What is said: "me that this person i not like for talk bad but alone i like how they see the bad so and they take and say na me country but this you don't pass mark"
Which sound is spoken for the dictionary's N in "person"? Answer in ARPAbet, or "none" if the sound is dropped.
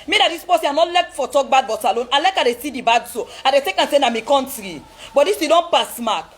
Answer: none